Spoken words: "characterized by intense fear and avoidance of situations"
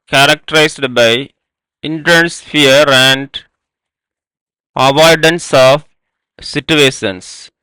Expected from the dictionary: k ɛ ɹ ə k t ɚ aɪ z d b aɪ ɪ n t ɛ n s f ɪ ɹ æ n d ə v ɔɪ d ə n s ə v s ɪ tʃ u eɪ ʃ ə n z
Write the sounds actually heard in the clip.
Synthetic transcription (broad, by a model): k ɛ ɹ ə k t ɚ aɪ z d b aɪ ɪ n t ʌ n s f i ɹ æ n d ə v ɔɪ d ə n s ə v s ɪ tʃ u eɪ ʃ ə n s